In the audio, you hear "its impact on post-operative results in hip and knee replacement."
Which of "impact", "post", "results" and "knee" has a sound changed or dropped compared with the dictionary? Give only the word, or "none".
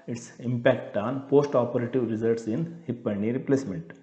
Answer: results